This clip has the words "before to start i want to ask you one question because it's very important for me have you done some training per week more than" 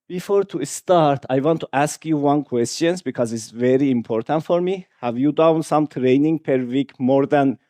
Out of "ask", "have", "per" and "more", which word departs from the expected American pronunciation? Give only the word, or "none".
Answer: none